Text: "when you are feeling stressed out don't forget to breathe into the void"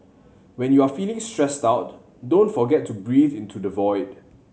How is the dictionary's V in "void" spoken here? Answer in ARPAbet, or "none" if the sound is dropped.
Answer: V